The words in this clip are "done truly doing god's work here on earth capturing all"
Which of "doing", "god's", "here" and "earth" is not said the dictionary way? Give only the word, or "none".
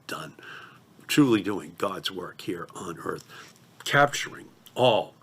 none